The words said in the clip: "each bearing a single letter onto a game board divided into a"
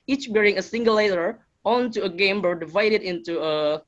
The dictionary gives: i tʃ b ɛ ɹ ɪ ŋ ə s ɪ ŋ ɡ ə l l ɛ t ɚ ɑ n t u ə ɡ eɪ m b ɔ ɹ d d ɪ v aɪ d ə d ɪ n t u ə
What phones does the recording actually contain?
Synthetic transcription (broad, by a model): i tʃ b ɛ ɹ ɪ ŋ ə s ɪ ŋ ɡ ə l l ɛ t ɚ ɑ n t u ə ɡ eɪ m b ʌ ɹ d d ɪ v aɪ d ə d ɪ n t u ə